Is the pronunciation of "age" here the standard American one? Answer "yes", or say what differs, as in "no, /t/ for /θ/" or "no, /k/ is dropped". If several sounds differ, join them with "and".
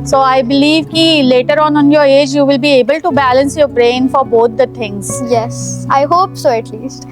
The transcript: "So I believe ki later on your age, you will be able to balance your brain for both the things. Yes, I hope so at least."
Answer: yes